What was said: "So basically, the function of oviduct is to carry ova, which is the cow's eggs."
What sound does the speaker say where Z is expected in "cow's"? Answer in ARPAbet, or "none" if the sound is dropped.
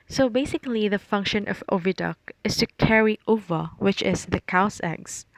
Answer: S